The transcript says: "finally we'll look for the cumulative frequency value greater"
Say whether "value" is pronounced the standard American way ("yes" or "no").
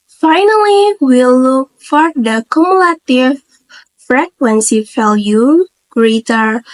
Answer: no